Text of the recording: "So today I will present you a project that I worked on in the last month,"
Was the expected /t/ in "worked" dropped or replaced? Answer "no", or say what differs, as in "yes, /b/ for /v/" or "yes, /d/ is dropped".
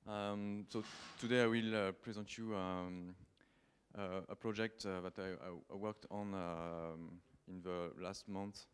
no